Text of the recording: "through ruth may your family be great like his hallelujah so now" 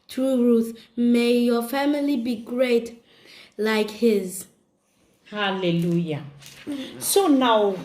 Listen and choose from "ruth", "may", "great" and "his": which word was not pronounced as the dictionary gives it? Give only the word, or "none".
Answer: none